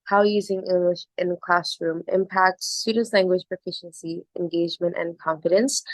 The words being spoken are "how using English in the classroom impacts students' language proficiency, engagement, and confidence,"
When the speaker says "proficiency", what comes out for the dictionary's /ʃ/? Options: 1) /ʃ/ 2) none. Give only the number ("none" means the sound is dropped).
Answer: 1